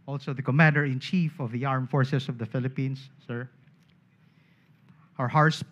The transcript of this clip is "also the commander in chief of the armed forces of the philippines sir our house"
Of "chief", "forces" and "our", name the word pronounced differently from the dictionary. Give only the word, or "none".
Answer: forces